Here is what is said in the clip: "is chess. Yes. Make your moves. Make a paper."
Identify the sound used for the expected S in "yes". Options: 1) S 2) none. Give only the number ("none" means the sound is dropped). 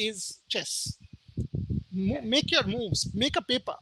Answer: 2